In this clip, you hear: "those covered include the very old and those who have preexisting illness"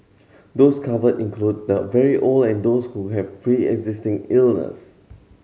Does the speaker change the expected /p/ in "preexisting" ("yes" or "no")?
yes